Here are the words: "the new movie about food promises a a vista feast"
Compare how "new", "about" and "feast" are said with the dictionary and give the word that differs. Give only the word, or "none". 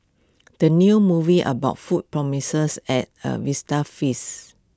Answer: feast